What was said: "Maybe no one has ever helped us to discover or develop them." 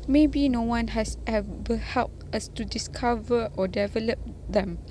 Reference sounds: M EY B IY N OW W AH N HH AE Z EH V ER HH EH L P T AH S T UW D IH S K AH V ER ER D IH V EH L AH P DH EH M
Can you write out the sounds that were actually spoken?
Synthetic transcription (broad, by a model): M EY B IY N OW W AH N HH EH S EH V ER HH EH L P T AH S T UW D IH S K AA V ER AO D IH V EH L AH P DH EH M